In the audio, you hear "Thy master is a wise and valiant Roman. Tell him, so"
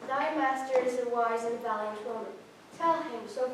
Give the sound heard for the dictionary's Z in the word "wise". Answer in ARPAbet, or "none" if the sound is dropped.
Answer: Z